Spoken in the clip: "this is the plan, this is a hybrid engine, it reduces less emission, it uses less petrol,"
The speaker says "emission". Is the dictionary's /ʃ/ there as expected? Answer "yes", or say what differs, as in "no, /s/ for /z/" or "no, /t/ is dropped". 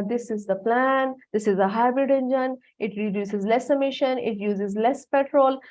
yes